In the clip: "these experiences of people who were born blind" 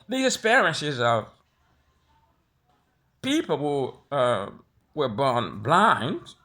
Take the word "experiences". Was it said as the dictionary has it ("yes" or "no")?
no